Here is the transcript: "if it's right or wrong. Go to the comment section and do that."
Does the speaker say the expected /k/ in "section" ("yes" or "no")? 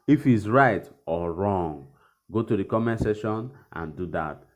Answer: no